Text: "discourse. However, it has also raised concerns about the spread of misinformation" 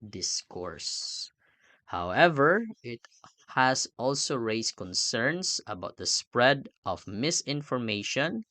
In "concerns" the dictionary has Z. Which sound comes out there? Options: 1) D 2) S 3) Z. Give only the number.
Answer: 2